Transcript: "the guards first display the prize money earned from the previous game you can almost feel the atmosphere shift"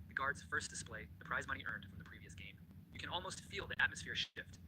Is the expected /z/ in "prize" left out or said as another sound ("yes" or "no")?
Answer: no